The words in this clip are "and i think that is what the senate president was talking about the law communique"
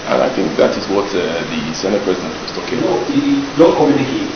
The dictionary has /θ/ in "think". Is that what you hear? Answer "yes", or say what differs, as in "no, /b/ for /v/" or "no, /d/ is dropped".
yes